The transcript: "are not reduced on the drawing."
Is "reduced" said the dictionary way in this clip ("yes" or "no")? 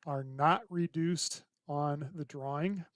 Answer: yes